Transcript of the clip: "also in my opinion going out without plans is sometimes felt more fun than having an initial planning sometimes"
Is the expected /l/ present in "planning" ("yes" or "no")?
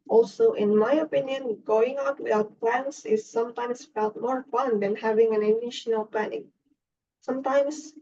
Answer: no